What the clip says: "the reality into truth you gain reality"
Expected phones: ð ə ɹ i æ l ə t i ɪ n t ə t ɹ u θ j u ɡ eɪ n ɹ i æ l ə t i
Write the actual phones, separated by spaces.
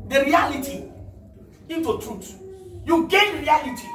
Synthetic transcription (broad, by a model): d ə ɹ i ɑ l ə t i ɪ n t ə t u t j u ɡ eɪ n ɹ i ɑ l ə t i